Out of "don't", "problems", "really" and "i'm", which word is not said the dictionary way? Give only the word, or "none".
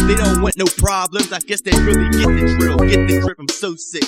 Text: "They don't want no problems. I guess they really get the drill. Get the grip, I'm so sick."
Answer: none